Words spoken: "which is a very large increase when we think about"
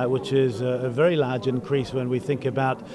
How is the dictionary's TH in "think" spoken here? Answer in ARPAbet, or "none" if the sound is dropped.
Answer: TH